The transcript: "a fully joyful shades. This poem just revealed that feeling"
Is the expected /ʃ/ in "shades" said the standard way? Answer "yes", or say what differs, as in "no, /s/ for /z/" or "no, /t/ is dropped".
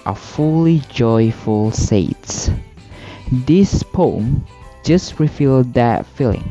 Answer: no, /s/ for /ʃ/